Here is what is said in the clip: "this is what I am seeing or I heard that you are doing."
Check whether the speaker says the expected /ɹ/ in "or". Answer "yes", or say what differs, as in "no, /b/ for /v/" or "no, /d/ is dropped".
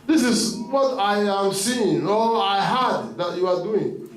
no, /l/ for /ɹ/